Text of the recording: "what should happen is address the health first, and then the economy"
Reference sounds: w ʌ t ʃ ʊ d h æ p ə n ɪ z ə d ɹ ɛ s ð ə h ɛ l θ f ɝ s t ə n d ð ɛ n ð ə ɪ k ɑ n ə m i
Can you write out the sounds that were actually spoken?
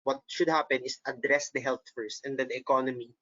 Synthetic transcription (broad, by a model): w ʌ t ʃ ʊ d h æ p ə n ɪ s ə d ɹ ɛ s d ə h ɛ l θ f ɝ s t ə n d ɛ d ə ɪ k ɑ n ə m i